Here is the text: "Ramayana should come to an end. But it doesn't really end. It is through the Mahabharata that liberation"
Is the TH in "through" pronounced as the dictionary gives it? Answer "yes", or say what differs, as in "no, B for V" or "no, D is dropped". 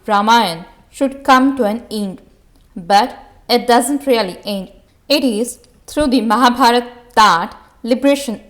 no, T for TH